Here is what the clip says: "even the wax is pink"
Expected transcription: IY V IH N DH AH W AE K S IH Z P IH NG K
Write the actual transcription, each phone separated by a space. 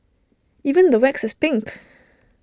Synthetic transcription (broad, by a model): IY V IH N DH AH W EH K S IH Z P IH NG K